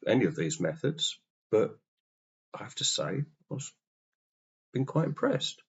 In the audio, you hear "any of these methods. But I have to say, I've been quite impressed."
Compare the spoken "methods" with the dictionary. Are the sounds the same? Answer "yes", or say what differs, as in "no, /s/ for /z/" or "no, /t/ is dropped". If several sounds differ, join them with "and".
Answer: yes